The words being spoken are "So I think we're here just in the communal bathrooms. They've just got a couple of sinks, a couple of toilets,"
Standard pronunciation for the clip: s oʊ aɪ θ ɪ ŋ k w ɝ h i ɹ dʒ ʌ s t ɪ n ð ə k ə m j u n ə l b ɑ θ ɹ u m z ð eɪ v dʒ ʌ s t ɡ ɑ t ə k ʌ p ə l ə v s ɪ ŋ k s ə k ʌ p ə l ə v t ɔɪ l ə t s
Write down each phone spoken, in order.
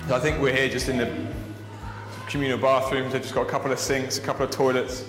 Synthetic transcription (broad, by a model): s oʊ aɪ θ ɪ ŋ k w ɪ h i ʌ dʒ ʌ s t ɪ n ð ə k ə m j u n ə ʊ b ɑ θ ɹ u m z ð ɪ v dʒ ʌ s ɡ ɑ t ə k ʌ p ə l ə v s ɪ ŋ k s ə k ʌ p l ə v t ɔɪ l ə t s